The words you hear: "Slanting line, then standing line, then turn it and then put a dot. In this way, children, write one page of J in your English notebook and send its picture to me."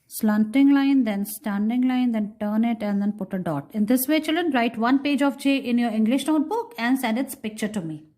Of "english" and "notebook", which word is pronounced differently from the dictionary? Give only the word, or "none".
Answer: none